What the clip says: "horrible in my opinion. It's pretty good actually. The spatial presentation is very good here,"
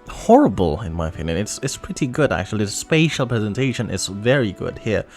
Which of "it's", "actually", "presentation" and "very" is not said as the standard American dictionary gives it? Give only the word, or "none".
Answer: actually